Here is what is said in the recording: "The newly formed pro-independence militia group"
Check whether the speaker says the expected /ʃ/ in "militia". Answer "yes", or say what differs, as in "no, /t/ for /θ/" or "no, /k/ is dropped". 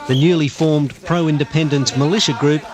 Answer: yes